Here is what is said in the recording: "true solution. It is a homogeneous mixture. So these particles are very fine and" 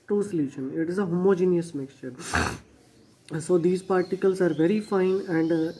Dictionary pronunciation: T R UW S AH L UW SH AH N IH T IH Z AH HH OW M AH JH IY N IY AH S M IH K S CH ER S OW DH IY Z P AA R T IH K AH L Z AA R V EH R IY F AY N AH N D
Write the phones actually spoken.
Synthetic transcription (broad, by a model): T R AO S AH L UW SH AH N IH T IH Z AH HH OW M AH JH IY N IY AH S M IH K S CH ER S OW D IY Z P AA R T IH K AH L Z AA R V EH R IY F AY N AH N D